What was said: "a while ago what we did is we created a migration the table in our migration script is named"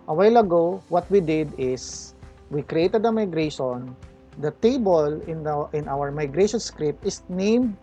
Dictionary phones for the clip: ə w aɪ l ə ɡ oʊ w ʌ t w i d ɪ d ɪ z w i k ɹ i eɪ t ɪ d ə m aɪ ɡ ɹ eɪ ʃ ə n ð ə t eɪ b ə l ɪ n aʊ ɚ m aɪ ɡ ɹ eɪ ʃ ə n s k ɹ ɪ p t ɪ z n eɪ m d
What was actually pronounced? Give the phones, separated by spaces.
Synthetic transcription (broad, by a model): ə w aɪ l ə ɡ oʊ w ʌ t w i d ɪ d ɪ s w i k ɹ i eɪ t ɪ d ə m aɪ ɡ ɹ eɪ ʃ ə n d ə t eɪ b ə l ɪ n aʊ ɚ m aɪ ɡ ɹ eɪ ʃ ə n s k ɹ ɪ p t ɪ s n eɪ m d